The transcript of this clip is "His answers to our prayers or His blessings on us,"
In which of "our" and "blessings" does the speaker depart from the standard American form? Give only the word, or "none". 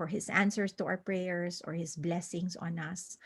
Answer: blessings